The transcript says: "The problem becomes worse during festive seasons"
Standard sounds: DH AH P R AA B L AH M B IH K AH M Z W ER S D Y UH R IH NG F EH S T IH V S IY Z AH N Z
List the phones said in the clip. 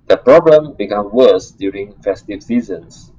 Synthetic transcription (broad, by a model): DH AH P R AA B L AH M B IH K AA M W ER S D Y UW R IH NG F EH S T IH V S IY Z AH N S